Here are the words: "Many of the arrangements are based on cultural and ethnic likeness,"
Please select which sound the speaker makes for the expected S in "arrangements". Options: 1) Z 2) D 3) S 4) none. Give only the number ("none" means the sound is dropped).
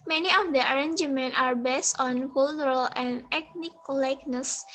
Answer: 4